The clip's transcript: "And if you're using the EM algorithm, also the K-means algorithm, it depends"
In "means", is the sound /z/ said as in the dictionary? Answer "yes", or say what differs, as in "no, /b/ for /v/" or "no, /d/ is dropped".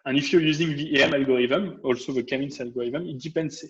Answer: no, /s/ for /z/